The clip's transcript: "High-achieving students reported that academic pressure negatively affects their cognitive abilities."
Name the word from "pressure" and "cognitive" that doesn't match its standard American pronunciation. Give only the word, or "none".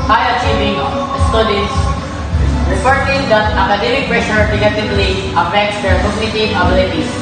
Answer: cognitive